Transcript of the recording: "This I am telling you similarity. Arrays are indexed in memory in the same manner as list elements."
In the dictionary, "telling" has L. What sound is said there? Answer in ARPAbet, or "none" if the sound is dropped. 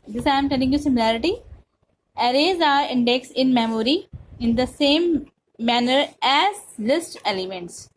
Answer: N